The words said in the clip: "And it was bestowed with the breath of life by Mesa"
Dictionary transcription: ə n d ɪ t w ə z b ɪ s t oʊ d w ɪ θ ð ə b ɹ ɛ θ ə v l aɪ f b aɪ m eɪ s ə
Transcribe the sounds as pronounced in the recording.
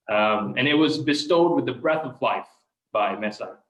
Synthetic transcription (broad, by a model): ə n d ɪ t w ə z b ɪ s t oʊ d w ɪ ð ə b ɹ ɛ θ ə v l aɪ f b aɪ m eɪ s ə